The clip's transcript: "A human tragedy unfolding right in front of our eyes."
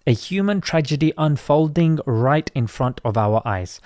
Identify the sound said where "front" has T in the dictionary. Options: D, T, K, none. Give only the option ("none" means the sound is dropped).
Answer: T